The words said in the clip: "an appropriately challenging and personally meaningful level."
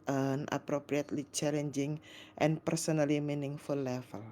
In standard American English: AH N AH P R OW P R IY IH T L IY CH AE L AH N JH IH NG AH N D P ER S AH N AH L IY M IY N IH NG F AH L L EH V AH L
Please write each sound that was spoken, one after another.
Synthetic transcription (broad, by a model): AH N AH P R OW P R IY IH T L IY CH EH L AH N JH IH NG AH N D P ER S AH N AH L IY M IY N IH NG F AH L L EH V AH L